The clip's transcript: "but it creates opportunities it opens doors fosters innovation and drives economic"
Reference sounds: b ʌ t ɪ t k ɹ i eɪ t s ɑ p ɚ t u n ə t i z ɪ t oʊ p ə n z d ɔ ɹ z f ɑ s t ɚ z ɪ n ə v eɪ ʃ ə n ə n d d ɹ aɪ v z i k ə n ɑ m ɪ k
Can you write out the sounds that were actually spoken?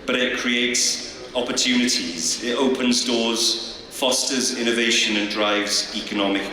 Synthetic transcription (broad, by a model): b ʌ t ɪ t k ɹ i eɪ t s ɑ p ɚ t u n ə t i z ɪ t oʊ p ə n z d ɔ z f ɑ s t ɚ z ɪ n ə v eɪ ʃ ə n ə n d d ɹ aɪ v z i k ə n ɑ m ɪ k